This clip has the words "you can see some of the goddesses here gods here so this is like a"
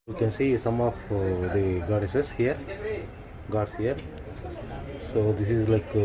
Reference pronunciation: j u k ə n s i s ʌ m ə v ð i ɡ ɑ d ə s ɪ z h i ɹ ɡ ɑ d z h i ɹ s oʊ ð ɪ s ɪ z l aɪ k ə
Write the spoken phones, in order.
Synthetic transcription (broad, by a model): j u k ə n s i s ʌ m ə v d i ɡ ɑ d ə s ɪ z h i ɹ ɡ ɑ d s h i ɹ s oʊ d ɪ s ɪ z l aɪ k